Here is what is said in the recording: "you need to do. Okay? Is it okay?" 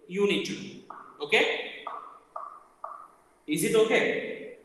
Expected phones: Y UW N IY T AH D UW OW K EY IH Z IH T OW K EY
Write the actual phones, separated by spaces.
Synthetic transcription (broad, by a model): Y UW N IY T AH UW OW K EY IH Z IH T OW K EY